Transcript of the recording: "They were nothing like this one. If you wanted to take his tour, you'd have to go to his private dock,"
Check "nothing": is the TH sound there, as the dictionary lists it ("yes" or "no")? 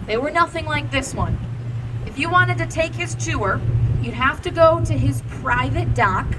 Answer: yes